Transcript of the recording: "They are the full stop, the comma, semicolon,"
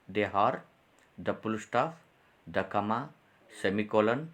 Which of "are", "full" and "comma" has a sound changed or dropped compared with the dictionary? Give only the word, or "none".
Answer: full